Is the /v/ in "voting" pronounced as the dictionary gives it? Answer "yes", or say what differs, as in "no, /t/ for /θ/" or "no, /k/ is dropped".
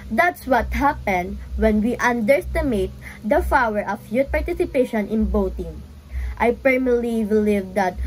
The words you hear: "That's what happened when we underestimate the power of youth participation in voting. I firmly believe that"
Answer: no, /b/ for /v/